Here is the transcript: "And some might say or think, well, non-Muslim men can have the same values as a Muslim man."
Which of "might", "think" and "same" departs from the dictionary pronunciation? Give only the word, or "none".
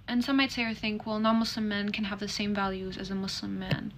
none